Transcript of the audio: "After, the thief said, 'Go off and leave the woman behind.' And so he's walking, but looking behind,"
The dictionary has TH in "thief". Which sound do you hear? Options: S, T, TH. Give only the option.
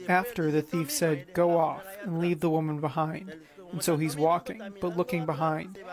TH